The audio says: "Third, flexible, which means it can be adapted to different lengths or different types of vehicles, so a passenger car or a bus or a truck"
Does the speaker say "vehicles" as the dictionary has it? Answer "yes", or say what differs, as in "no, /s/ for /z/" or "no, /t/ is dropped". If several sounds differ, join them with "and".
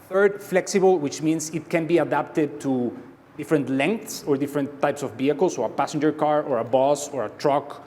no, /b/ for /v/